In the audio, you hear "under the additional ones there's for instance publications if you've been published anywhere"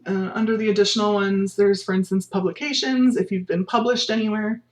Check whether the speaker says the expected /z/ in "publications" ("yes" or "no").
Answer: yes